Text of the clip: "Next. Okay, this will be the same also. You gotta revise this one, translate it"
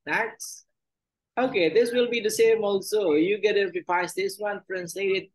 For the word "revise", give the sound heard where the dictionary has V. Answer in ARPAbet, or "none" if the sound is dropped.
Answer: P